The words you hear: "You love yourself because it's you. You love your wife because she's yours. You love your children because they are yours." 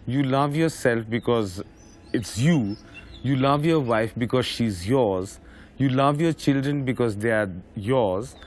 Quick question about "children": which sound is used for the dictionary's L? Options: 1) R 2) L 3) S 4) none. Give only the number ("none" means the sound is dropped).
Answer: 2